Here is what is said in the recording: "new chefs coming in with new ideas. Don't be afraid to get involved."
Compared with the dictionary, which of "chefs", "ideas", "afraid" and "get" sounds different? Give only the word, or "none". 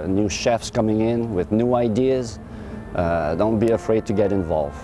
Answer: none